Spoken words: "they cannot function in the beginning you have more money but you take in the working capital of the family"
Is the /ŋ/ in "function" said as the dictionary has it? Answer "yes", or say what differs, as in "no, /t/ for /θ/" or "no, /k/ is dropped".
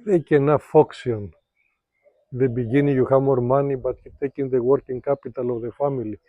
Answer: no, /ŋ/ is dropped